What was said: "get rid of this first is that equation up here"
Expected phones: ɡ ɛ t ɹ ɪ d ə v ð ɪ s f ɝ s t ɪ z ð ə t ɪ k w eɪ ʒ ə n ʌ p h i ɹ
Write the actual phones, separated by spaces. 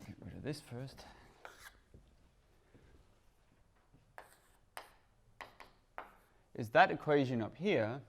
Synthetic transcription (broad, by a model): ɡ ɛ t ɹ ɪ d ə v ð ɪ s f ɝ s t ɪ z ð ə t ɪ k w eɪ ʒ ə n ʌ p h i ɹ